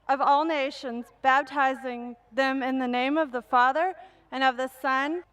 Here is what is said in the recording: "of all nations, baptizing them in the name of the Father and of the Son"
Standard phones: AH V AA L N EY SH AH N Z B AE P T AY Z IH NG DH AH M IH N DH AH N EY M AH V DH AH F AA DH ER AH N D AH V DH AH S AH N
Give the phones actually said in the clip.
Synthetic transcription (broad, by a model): AH V AA L N EY SH AH N Z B AE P T AY Z IH NG DH AH M IH N DH AH N EY M AH V DH AH F AA DH ER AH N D AH V DH AH S AH N